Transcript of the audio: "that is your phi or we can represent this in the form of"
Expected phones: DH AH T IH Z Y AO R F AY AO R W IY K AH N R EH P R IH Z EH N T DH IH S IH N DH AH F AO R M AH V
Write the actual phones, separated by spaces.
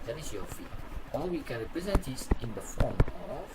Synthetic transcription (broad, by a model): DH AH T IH S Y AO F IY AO L W IY K AH N R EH P R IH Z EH N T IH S IH N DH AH F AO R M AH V